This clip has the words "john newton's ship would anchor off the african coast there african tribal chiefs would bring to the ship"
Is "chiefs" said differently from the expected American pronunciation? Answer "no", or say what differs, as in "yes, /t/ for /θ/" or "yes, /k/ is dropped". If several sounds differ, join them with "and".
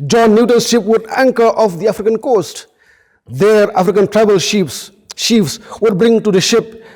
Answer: yes, /ʃ/ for /tʃ/